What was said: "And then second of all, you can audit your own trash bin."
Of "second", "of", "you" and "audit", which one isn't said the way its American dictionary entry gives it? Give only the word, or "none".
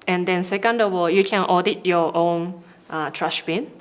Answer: of